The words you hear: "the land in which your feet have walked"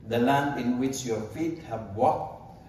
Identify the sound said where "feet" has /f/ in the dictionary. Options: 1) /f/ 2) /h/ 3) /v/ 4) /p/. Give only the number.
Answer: 1